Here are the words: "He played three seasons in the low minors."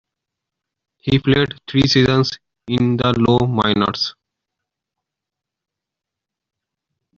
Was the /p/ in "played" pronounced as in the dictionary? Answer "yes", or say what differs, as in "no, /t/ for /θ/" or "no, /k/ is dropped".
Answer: no, /f/ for /p/